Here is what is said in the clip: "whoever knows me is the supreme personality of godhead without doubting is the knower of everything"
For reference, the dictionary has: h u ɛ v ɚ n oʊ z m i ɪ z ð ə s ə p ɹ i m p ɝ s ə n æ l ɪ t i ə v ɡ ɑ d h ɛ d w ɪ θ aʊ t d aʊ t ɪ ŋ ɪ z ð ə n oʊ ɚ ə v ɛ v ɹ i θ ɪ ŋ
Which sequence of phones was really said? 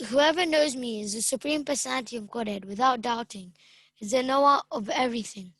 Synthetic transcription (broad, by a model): h u ɛ v ɚ n oʊ z m i ɪ z ð ə s ə p ɹ i m p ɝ s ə n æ n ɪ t i ə v ɡ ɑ d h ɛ d w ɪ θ aʊ t d aʊ t ɪ ŋ ɪ z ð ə n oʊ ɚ ə v ɛ v ɹ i θ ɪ ŋ